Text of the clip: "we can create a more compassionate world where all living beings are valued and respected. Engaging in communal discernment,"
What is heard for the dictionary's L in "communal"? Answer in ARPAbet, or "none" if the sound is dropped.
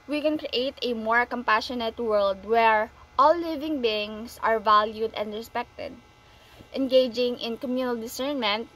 L